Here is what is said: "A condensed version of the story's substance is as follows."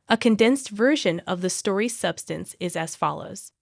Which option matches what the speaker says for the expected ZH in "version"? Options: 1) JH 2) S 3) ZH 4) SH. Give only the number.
3